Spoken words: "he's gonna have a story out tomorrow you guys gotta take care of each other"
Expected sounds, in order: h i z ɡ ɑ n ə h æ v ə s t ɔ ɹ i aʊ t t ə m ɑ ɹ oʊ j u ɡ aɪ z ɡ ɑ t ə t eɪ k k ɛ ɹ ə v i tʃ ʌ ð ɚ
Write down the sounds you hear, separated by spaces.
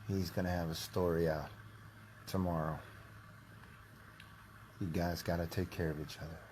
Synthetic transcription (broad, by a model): h i z ɡ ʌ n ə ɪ v ə s t ɔ ɹ i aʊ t t ə m ɑ ɹ oʊ j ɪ ɡ aɪ z ɡ ɑ t ə t eɪ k k ɛ ɹ ə v i tʃ ʌ ð ɚ